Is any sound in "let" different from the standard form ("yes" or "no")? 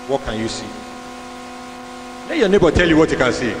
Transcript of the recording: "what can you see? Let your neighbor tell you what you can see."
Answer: yes